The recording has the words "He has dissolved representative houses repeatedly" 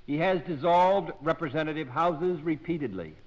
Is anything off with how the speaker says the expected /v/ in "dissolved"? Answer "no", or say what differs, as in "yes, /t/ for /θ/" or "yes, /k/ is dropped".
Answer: no